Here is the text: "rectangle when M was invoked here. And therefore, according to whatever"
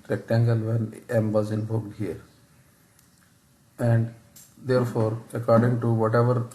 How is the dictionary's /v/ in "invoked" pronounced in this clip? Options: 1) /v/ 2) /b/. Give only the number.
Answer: 2